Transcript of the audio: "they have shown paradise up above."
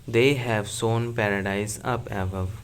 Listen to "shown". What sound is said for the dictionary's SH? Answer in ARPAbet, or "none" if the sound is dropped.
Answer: S